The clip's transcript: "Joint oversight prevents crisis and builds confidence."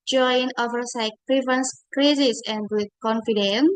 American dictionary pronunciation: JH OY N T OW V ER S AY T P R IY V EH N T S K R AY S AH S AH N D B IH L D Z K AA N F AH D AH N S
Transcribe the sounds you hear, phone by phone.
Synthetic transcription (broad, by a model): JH OY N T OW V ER S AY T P R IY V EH N S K R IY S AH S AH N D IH D K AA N F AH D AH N